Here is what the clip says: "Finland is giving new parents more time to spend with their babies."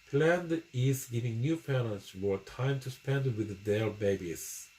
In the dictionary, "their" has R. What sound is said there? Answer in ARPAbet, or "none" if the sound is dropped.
L